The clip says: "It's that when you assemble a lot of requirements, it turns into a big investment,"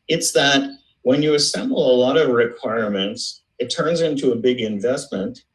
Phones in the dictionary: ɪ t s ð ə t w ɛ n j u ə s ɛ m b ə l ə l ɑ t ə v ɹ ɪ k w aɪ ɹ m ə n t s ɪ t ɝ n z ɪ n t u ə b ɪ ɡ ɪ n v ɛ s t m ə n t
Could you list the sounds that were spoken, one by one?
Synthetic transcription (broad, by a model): ɪ t s ð ə t w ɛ n j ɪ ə s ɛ m b l ə l ɑ t ə v ɹ ɪ k w aɪ ɹ m ə n t s ɪ t ɝ n z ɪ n t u ə b ɪ ɡ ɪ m v ɛ s t m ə n t